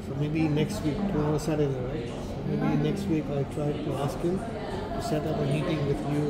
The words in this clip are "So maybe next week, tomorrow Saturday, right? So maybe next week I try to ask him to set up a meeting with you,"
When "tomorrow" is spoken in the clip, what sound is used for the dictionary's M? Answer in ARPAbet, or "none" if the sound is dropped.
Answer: none